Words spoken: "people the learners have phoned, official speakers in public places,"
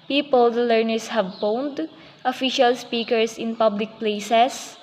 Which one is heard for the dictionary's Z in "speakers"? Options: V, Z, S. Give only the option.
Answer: S